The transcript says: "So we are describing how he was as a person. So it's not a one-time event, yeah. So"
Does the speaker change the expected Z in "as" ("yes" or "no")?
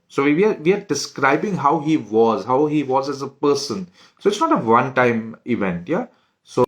no